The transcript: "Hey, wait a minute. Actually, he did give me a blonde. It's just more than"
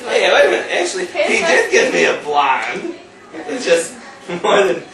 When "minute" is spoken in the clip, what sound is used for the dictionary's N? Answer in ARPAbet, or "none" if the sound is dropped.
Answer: none